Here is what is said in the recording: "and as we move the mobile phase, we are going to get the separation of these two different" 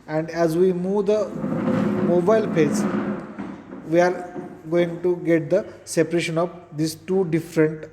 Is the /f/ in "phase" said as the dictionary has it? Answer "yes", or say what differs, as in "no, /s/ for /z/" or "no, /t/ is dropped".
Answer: no, /p/ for /f/